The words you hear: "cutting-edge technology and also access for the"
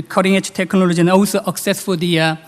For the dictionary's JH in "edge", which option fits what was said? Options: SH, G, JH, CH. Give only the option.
CH